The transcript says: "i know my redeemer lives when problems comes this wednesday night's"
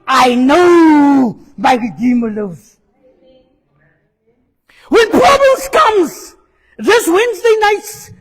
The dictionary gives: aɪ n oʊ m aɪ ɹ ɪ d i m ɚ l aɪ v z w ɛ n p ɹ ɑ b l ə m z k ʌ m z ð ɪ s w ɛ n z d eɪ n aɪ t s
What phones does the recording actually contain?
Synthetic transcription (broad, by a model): aɪ n oʊ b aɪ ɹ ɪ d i m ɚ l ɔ z w ɛ n p ɹ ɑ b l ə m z k ʌ m z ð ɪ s w ɛ n z d eɪ n aɪ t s